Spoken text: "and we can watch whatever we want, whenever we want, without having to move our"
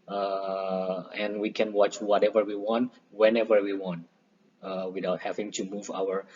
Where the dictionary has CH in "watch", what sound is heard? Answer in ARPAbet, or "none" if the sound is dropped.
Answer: CH